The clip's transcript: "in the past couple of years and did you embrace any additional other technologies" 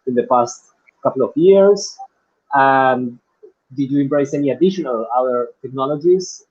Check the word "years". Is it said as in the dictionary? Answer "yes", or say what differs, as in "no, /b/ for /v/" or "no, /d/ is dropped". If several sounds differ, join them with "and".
no, /s/ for /z/